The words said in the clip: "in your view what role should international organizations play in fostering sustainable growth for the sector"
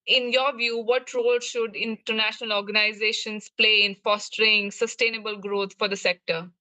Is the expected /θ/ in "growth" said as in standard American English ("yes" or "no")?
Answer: no